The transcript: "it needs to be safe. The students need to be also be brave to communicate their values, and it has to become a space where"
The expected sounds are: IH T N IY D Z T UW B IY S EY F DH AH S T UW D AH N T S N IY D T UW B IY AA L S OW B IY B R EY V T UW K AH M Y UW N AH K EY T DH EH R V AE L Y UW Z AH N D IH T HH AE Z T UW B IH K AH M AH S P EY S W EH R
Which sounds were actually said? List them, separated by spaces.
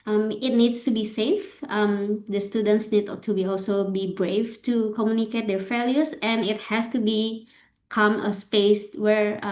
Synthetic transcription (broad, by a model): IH T N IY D S T UW B IY S EY F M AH S T UW D AH N T S N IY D T UW B IY AA L S OW B IY B R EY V T UW K AH M Y UW N AH K EY T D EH R F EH L Y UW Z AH N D IH T HH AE S T UW B IH K AH M AH S P EY S W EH R